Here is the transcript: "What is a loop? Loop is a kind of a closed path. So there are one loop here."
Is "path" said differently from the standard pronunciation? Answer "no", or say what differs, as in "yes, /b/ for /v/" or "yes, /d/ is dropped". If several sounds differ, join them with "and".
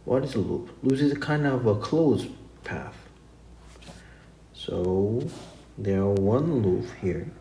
no